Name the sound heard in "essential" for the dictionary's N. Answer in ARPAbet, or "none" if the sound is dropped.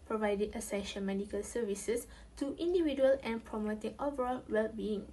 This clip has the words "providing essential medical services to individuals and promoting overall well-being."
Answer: none